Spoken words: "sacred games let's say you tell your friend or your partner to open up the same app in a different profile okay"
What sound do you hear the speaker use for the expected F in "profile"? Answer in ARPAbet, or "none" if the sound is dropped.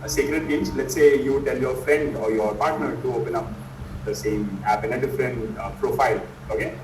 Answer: F